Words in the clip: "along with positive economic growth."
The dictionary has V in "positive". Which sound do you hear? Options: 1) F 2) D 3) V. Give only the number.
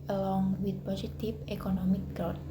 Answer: 1